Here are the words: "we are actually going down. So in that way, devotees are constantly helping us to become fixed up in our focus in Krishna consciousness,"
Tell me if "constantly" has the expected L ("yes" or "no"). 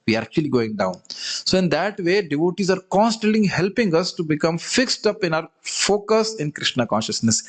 no